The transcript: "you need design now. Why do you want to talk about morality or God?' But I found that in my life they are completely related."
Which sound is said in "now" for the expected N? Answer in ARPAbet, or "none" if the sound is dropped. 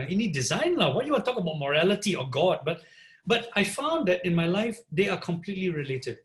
L